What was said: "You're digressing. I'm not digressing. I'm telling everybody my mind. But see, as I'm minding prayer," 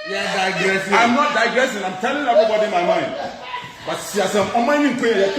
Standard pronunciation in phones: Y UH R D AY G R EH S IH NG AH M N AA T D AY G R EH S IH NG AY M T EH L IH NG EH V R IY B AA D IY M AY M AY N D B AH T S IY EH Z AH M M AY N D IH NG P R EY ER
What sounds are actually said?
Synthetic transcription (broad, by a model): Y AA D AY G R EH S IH AH M N AA T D AY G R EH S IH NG AY M T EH L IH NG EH B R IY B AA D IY M AY M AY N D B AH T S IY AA S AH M M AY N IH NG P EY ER